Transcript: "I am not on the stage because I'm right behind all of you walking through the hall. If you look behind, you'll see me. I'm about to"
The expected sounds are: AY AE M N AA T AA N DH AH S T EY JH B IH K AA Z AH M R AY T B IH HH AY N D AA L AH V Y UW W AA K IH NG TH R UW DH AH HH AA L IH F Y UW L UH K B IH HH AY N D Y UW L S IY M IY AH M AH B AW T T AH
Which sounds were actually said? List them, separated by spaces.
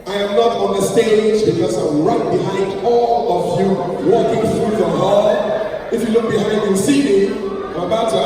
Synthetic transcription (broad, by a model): AY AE M N AA T AA N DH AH S T EY JH B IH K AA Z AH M R AY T B IH HH AY N D AA L AH V Y UW W AA K IH NG TH R UW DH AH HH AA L IH F Y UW L UH K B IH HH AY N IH N S IY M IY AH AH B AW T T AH